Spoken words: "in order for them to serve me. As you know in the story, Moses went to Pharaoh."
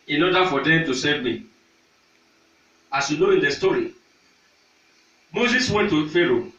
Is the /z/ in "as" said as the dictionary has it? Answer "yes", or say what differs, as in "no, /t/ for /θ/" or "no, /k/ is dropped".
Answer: no, /s/ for /z/